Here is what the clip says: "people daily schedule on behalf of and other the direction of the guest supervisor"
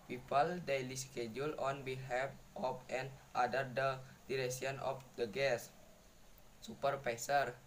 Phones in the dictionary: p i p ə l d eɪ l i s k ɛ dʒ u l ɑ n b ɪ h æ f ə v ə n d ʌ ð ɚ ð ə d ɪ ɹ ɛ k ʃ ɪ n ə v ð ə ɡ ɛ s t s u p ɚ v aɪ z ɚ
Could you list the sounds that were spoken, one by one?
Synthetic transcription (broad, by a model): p i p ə l d eɪ l i s k ɛ dʒ u l ɑ n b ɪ h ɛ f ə p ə n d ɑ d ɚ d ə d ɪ ɹ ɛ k s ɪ n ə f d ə ɡ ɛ s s u p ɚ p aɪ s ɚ